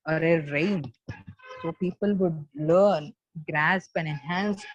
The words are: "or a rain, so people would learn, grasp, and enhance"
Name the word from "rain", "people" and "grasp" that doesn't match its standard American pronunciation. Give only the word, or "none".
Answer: none